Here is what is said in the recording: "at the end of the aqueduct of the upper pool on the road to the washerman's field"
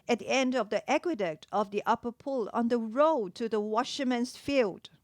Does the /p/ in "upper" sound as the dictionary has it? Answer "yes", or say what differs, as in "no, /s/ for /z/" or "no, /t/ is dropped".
yes